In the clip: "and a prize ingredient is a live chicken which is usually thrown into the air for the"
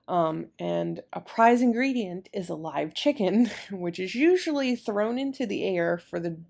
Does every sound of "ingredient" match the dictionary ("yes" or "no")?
yes